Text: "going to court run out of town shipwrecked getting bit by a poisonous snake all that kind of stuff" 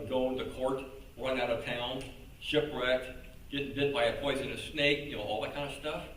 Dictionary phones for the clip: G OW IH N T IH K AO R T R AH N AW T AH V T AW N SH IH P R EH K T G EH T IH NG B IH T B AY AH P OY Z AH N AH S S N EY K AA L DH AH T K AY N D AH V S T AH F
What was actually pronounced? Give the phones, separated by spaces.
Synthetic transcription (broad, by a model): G OW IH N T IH K AO R T R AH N AW T AH V T AW N SH IH P R EH K T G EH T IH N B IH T B AY AH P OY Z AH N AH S S N EY K AA L DH AH T K AY N D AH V S T AH F